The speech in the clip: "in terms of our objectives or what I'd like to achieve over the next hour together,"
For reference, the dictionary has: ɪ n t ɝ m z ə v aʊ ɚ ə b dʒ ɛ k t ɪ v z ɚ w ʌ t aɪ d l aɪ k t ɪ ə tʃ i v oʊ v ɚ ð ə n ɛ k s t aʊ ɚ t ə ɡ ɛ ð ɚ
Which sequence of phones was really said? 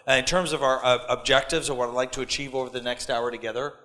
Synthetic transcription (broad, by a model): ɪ n t ɝ m z ə v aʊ ɚ ə b dʒ ɛ k t ɪ v z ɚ w ʌ t aɪ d l aɪ k t ɪ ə tʃ i v oʊ v ɚ ð ə n ɛ k s t aʊ ɚ t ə ɡ ɛ ð ɚ